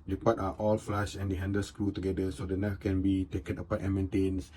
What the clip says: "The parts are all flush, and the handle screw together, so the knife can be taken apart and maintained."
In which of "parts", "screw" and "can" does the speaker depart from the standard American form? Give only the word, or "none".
parts